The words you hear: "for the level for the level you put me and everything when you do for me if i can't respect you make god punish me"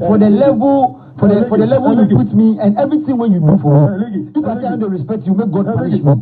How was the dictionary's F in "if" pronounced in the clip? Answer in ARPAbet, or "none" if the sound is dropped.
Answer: P